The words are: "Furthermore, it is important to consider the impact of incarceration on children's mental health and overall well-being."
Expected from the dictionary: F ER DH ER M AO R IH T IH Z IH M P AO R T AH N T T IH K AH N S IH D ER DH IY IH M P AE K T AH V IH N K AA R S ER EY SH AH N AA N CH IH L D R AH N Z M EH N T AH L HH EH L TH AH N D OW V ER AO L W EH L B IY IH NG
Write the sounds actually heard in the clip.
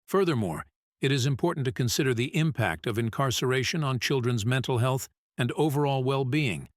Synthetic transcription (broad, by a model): F ER DH ER M AO R IH T IH Z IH M P AO R T N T T IH K AH N S IH D ER DH IY IH M P AE K T AH V IH N K AA R S ER EY SH AH N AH N CH IH L D R AH N Z M EH N T L HH EH L TH AH N D OW V ER AO L W EH L B IY IH NG